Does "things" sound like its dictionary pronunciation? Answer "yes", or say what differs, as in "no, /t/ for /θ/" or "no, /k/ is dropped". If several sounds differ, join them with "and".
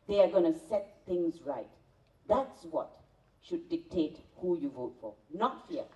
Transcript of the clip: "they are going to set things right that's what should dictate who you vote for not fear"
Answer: yes